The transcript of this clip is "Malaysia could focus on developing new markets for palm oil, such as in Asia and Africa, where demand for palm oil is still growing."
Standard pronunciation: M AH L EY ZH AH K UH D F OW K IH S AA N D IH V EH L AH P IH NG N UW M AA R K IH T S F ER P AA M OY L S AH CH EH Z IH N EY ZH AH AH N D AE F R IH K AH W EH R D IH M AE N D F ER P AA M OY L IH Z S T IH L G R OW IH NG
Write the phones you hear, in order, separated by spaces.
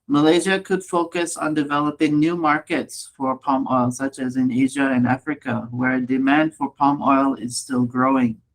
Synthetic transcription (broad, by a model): M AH L EY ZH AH K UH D F OW K IH S N D IH V EH L AH P IH NG N UW M AA R K IH T S F ER P AA M OY L S AH CH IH Z IH N EY ZH AH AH N AE F R IH K AH W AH R D IH M AE N D F ER P AA M OY L IH Z S T IH L G R OW IH NG